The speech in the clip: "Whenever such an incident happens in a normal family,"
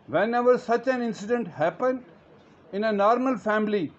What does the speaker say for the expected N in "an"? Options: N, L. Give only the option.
N